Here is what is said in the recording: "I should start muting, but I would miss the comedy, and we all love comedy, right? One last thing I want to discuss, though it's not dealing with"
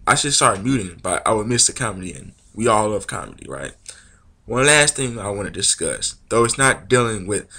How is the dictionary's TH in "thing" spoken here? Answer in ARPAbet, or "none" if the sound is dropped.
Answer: TH